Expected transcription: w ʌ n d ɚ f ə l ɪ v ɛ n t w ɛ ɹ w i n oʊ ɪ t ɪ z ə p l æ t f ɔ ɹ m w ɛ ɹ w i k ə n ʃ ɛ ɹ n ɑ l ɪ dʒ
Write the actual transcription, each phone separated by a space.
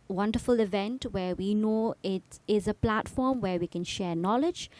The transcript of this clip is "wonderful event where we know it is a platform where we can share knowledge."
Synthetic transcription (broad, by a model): w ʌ n d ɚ f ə l ɪ v ɛ n t w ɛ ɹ w i n oʊ ɪ t ɪ z ə p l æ t f ɔ ɹ m w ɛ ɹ w i k ə n ʃ ɛ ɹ n ɑ l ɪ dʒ